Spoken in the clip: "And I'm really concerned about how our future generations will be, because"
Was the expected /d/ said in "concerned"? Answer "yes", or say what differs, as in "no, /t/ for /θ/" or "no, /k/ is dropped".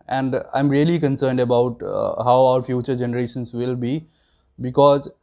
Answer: yes